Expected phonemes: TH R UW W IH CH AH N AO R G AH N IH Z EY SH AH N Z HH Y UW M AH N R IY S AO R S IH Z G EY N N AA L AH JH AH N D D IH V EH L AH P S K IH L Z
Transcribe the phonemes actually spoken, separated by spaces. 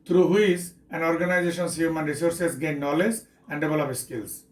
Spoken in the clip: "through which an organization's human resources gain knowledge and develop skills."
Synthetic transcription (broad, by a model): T R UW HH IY S AH N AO R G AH N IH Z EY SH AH N S HH Y UW M AH N R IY S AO R S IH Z G EY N N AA L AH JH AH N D D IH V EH L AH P S K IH L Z